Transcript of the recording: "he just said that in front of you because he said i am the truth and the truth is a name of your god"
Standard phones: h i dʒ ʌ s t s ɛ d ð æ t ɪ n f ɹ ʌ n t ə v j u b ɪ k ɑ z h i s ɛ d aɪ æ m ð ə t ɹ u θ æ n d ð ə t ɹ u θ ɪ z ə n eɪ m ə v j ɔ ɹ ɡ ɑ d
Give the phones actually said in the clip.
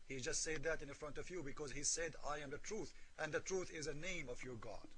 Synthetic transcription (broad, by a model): h i dʒ ʌ s t s ɛ d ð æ t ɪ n f ɹ ʌ n t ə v j u b ɪ k ɑ z h i s ɛ d aɪ æ m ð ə t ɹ u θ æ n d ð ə t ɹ u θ ɪ z ə n eɪ m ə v j ɔ ɹ ɡ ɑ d